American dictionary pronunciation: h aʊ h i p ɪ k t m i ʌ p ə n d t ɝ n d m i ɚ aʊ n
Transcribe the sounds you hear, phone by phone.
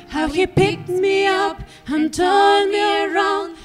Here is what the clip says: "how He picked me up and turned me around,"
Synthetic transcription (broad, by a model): h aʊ h i p ɪ k t m i ʌ p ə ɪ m t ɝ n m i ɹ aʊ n